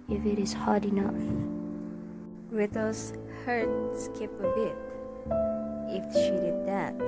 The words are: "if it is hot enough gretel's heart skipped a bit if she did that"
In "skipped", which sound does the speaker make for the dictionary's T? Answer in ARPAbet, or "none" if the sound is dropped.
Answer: none